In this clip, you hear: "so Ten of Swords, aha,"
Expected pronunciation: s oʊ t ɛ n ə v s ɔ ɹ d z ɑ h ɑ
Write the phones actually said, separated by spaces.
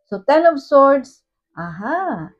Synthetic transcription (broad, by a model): s oʊ t ɛ n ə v s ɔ ɹ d s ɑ h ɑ